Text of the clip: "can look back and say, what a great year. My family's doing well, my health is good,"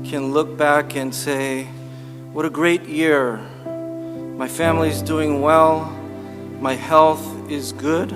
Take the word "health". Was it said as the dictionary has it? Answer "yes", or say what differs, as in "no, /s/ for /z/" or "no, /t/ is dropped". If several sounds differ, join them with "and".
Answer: yes